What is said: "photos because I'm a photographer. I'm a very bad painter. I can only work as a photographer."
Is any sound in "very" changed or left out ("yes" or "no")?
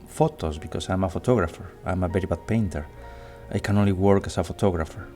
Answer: yes